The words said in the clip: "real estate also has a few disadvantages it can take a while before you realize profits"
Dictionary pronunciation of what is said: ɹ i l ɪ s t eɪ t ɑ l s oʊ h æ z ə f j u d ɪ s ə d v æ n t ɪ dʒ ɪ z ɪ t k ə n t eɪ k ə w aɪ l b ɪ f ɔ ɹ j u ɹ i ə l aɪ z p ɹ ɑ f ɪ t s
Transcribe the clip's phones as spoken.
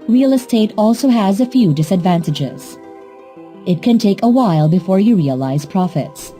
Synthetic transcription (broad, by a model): ɹ i l ɪ s t eɪ t ɑ l s oʊ h æ z ə f j u d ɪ s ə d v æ n t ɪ dʒ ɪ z ɪ t k ə n t eɪ k ə w aɪ l b ɪ f ɔ ɹ j u ɹ i ə l aɪ z p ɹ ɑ f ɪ t s